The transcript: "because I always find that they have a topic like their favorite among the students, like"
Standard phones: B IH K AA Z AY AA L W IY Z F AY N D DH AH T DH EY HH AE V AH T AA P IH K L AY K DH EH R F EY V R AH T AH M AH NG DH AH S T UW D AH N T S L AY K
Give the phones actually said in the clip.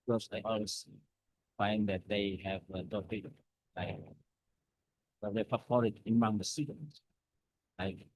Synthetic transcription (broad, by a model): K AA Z AY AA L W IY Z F AY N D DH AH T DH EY HH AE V AH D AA IH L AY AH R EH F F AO R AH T AH M AH NG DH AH S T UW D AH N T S L AY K